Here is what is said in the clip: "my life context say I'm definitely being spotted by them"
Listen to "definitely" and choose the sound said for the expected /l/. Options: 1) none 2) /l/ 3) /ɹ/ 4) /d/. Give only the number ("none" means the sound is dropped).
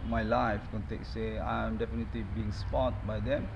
2